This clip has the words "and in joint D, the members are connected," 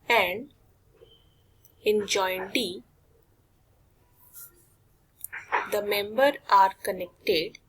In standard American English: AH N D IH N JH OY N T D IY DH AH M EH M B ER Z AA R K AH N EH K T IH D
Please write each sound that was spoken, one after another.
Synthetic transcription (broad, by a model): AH N D IH N JH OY N D IY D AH M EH M B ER AA R K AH N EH K T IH D